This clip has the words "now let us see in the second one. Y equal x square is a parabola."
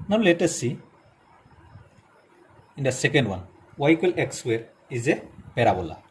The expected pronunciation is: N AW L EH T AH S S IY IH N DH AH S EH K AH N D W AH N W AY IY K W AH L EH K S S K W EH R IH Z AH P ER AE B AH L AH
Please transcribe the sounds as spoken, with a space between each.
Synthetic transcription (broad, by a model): N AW L EH T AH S S IY IH N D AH S EH K AH N D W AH N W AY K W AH L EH K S S W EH R IH Z AH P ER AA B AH L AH